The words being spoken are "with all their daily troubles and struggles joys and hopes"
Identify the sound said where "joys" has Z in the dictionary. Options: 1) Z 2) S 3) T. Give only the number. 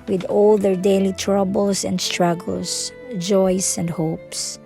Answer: 2